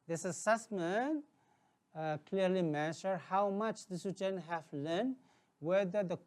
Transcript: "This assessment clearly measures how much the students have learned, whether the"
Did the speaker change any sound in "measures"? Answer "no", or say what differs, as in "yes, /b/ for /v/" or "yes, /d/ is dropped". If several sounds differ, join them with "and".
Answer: yes, /z/ is dropped